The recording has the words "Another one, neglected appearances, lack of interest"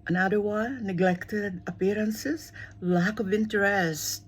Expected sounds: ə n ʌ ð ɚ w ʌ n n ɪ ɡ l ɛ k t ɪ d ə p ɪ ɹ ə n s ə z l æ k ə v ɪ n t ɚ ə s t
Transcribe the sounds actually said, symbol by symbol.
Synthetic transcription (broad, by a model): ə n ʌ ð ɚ w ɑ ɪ n ɪ ɡ l ɛ k t ɪ d ə p ɪ ɹ ə n s ə z l æ k ə v ɪ n t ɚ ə s t